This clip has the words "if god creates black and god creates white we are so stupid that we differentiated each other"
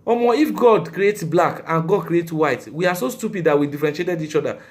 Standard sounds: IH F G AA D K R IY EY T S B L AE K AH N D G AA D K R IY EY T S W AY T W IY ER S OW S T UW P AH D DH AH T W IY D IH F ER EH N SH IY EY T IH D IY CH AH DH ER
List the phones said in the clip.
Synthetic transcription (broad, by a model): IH F G AA D K R IY EY T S B L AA K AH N G AA D K R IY EY T W AY T W IY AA S OW S T UW P AH D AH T W IY D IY F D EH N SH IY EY T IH D IY CH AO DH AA